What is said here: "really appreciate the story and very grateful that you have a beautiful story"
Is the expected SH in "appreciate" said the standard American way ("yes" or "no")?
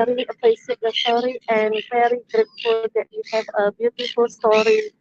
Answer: no